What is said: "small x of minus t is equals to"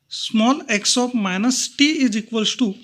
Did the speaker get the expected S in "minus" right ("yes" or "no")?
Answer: yes